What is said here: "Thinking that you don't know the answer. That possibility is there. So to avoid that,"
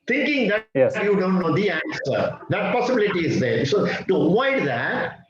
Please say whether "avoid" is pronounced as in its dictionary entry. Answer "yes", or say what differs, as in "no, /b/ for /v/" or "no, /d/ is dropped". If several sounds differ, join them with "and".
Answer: no, /v/ is dropped